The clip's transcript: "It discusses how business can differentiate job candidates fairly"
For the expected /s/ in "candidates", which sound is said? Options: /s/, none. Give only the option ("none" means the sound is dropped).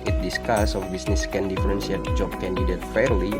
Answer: none